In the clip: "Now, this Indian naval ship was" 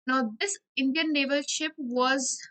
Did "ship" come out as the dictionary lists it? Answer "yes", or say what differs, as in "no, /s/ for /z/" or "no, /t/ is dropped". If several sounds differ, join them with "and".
yes